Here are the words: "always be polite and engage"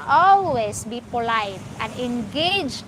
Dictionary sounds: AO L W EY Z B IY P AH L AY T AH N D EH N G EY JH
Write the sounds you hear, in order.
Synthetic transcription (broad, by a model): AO L W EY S B IY P AH L AY T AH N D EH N G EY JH